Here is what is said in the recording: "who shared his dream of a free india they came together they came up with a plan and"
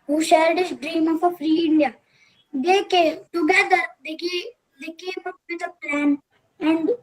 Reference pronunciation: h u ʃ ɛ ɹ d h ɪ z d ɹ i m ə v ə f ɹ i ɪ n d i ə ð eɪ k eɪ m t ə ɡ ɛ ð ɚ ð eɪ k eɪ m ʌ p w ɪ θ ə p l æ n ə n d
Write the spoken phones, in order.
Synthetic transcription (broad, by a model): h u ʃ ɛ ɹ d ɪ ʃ d ɹ i m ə p ə f ɹ i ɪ n d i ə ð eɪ k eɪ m t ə ɡ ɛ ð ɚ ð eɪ k eɪ m ʌ p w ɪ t ə p l æ n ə n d